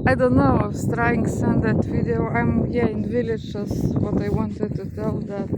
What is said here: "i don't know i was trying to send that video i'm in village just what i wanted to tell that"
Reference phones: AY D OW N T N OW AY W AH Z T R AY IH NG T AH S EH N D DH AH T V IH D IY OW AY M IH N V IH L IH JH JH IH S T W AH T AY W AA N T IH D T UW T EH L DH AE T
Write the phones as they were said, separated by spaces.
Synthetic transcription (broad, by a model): AY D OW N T N OW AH S T R AY IH NG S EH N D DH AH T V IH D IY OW AY M IH N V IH L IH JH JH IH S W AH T AY W AA N T IH D T UW T EH L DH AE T